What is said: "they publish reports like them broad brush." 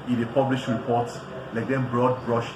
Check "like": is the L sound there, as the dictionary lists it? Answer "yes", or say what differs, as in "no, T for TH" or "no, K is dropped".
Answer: yes